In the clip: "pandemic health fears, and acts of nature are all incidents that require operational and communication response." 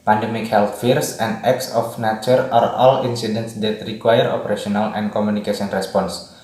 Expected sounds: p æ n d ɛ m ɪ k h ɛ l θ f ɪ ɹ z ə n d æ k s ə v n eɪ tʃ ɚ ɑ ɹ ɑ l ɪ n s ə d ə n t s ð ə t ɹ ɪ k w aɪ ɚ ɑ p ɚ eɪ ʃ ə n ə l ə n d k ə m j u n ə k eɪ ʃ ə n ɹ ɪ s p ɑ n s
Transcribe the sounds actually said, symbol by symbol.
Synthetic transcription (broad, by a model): p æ n d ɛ m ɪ k h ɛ l t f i ɹ s ə n d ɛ k s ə f n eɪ tʃ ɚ ɑ ɹ ɑ l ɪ n s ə d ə n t s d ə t ɹ ɪ k w aɪ ɚ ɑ p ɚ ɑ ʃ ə n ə l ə n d k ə m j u n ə k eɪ s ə n ɹ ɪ s p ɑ n s